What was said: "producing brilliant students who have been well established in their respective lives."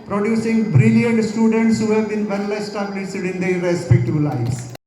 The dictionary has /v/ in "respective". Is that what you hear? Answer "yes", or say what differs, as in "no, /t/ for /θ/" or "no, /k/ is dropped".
no, /b/ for /v/